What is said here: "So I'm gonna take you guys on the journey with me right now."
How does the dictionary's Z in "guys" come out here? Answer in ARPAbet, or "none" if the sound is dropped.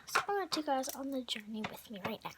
Z